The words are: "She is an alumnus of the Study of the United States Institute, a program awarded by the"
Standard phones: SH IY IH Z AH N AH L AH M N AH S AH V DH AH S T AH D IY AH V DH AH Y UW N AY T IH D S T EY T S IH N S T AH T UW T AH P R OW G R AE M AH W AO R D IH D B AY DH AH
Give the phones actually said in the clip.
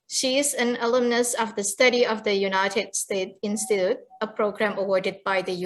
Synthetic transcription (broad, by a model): SH IY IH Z AH N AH L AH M N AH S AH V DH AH S T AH D IY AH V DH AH Y UW N AY T IH D S T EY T IH N S T AH T UW T AH P R OW G R AE M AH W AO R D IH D B AY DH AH